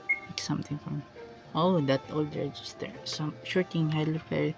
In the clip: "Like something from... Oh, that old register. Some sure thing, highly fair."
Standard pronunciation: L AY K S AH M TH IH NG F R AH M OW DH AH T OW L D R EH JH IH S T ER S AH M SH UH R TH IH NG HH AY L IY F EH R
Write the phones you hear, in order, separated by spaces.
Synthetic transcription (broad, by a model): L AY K S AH M T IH NG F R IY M OW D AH T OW L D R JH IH S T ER S AH M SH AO R T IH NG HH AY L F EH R